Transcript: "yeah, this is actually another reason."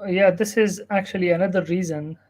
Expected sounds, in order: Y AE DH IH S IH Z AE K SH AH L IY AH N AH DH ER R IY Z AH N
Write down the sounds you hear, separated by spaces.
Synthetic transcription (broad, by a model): Y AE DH IH S IH Z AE K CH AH L IY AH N AH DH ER R IY Z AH N